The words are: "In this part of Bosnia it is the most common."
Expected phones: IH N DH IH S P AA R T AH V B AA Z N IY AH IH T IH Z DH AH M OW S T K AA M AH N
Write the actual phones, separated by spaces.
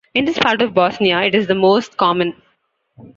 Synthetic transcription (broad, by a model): IH N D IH S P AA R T AH V B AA S N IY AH IH T IH Z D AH M OW S T K AA M AH N